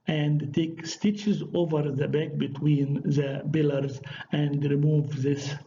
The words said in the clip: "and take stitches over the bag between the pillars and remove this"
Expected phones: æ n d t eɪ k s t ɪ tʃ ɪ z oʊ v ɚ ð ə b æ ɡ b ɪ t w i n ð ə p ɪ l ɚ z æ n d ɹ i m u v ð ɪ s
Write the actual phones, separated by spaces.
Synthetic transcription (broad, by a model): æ n d t eɪ k s t ɪ tʃ ɪ z oʊ v ɚ ð ə b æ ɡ b ɪ t w i n ð ə b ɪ l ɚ z æ n d ɹ i m u v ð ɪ s